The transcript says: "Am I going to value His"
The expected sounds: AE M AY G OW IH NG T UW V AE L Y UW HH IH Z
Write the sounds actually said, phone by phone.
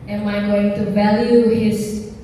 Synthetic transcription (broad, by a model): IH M AY G OW IH NG T UW V AE L Y UW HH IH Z